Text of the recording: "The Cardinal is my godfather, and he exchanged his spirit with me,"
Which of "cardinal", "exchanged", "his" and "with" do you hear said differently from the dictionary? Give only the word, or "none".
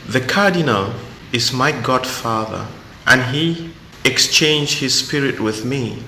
none